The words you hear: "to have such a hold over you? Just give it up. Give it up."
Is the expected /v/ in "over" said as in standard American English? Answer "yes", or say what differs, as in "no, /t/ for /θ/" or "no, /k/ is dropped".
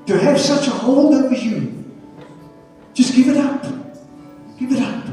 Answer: no, /v/ is dropped